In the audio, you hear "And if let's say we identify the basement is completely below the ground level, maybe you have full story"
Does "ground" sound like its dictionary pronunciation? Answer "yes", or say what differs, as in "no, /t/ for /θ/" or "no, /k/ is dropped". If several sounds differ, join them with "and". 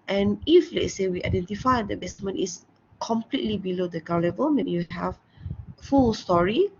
no, /ɹ/ is dropped